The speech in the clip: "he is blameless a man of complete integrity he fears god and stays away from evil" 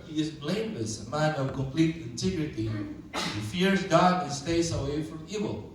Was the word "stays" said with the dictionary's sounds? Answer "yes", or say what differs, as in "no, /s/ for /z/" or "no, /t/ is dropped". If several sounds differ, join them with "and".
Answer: no, /s/ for /z/